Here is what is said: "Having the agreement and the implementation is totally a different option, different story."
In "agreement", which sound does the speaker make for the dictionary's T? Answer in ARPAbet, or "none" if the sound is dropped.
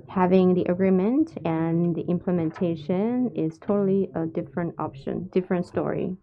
T